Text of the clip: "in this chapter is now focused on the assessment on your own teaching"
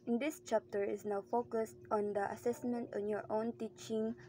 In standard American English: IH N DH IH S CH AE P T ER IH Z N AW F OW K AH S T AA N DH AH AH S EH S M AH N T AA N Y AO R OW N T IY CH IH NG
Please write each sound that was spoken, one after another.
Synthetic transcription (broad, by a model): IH N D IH S CH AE P T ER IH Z N AW F OW K AH S T AA N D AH AH S EH S M AH N T AA N Y AO R OW N T IY CH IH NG